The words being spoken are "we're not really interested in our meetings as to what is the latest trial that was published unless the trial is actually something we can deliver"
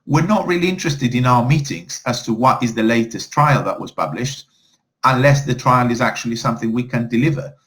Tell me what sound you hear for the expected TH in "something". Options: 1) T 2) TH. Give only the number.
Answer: 2